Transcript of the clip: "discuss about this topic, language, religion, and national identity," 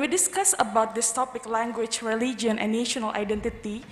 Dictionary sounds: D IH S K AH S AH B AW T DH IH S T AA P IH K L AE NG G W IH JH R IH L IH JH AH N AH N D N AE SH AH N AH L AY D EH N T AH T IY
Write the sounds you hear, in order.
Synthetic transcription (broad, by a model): D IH S K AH S AH B AW T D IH S T AA P IH K L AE NG G W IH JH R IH L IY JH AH AH N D N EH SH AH N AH L AY D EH N T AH T IY